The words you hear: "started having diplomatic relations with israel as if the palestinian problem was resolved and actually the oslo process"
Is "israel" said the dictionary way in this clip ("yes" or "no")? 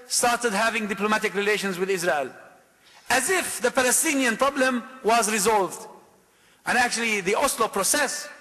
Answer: yes